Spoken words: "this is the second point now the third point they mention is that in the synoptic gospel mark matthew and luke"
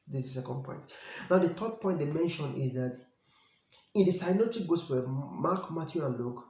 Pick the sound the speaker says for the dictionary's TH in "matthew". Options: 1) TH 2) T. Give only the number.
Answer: 2